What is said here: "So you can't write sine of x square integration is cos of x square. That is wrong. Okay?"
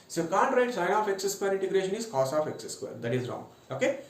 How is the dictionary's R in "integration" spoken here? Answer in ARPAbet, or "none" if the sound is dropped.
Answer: R